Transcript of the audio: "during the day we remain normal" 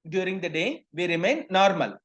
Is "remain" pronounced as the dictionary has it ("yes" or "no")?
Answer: yes